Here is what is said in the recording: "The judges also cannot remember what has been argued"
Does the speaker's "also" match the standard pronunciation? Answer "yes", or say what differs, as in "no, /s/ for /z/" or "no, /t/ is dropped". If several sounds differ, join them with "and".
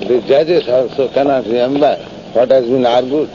no, /l/ is dropped